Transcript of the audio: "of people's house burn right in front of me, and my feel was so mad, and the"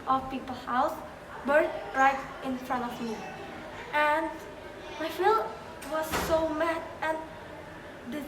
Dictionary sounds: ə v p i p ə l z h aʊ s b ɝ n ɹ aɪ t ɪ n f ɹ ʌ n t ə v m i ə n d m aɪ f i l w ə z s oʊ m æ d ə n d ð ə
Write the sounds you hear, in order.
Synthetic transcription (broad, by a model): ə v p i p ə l h aʊ s b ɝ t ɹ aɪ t ɪ n f ɹ ʌ n t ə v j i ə n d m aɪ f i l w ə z s oʊ m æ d ə n d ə